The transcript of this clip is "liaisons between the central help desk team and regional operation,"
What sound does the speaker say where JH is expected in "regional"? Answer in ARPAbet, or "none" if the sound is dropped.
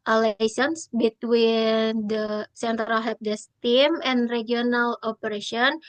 none